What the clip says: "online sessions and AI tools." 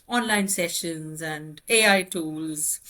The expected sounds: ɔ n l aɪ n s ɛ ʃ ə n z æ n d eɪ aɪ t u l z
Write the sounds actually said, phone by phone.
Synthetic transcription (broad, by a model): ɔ n l aɪ n s ɛ ʃ ə n z æ n d eɪ aɪ t u l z